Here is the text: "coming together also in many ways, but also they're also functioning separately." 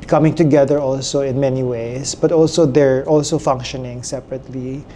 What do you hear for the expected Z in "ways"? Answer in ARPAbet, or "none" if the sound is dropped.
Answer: S